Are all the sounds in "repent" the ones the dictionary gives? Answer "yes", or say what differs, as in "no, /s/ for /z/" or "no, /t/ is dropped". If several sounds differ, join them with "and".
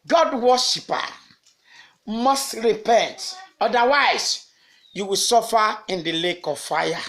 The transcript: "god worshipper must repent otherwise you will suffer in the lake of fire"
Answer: yes